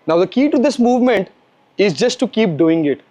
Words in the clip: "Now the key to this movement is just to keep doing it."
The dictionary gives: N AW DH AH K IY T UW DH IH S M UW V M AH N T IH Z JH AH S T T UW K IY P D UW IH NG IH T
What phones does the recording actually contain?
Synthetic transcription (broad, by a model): N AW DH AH K IY T UW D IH S M UW V M AH N T IH Z JH AH S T T UW K IY P D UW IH NG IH T